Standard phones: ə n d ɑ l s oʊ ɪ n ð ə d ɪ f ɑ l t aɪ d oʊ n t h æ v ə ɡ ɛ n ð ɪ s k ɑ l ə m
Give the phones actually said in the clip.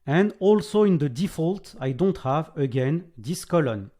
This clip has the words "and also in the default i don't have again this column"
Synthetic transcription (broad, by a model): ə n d ɑ l s oʊ ɪ n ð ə d ɪ f ɑ l t aɪ d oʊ n t h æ v ə ɡ ɛ n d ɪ s k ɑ l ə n